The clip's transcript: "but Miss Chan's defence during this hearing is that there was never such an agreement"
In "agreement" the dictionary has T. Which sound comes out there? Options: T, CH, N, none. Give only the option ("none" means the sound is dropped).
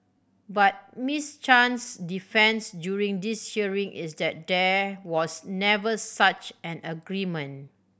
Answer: none